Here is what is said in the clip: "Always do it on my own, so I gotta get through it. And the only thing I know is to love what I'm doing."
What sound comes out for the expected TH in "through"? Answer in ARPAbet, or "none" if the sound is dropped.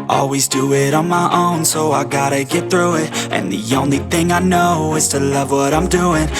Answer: TH